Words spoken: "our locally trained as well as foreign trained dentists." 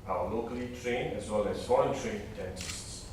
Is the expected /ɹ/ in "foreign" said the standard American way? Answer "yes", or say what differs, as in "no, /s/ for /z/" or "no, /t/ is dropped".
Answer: no, /l/ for /ɹ/